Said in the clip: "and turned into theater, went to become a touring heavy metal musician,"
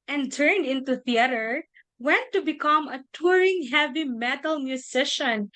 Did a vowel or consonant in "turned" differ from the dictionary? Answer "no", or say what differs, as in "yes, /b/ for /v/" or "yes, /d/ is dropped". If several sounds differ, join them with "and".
no